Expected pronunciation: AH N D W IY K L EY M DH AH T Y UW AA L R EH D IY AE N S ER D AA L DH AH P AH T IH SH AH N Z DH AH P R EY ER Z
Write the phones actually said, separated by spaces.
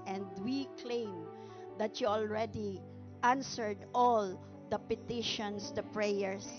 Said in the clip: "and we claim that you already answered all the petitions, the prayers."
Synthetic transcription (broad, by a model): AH N D W IY K L EY M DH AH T Y UW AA L R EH D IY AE N S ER D AA L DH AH P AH T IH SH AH N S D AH P R EY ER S